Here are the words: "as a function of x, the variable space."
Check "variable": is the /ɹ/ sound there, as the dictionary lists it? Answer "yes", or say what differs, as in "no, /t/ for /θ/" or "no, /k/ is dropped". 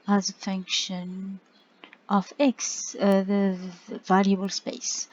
no, /l/ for /ɹ/